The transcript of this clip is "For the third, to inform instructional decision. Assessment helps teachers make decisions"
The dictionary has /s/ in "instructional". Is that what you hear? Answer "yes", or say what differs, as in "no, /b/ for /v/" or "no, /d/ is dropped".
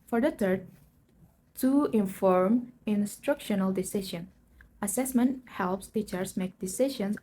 yes